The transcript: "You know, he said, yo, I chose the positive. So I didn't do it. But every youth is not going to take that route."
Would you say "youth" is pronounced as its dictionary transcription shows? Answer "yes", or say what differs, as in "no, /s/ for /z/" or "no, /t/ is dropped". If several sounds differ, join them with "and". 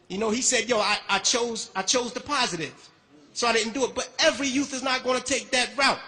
yes